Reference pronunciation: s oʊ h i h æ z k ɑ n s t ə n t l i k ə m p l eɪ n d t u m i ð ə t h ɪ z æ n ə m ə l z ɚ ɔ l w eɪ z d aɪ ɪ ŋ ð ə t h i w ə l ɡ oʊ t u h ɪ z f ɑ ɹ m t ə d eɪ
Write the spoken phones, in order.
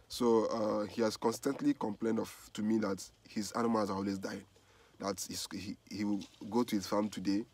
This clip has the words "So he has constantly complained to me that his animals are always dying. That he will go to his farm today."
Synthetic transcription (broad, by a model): s oʊ h i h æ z k ɑ n s t ə n t l i k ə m p l eɪ n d t u m i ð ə t h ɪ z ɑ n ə m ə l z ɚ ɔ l w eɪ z d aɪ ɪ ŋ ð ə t h i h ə w ɡ oʊ t u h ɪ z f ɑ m t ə d eɪ